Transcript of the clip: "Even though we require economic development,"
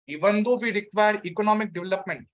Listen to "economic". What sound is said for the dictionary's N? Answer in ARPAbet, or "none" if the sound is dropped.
N